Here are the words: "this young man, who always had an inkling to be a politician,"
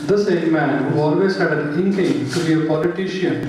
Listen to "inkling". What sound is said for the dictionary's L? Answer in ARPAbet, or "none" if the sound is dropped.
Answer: none